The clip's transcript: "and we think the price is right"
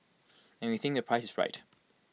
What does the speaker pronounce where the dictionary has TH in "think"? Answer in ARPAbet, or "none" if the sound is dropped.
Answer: TH